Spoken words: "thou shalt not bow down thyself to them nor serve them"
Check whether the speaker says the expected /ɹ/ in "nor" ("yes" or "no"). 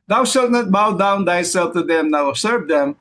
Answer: no